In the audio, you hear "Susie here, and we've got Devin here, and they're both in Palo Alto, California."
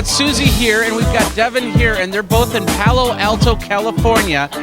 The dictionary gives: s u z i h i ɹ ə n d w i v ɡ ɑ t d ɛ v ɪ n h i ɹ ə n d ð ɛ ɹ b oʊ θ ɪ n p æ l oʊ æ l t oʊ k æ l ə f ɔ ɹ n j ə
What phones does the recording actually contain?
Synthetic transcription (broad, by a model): s u z i h i ɹ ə n w i v ɡ ɑ t d ɛ v ɪ n h i ɹ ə n ð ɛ ɹ b oʊ θ ɪ n p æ l oʊ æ l t oʊ k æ l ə f ɔ ɹ n j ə